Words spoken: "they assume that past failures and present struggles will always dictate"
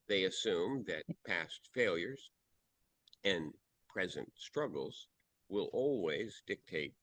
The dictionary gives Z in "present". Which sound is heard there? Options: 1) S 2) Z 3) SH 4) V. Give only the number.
2